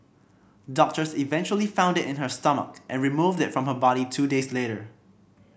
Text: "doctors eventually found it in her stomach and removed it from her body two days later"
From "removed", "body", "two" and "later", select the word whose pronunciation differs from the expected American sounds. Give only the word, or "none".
none